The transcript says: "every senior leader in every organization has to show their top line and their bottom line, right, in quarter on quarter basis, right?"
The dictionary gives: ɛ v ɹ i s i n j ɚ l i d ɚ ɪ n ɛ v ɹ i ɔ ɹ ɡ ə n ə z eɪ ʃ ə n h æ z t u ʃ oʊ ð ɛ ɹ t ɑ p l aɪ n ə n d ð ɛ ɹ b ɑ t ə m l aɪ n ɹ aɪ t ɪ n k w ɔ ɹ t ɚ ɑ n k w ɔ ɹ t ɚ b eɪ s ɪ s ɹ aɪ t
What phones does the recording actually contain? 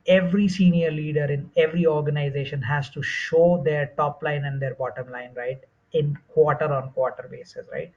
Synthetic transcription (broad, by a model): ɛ v ɹ i s i n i ɚ l i d ɚ ɪ n ɛ v ɹ i ɔ ɹ ɡ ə n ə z eɪ ʃ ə n h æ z t u ʃ oʊ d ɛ ɹ t ɑ p l aɪ n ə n d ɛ ɹ b ɑ t ə m l aɪ n ɹ aɪ t ɪ n k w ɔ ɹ t ɚ ɑ n k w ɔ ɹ t ɚ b eɪ s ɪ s ɹ aɪ t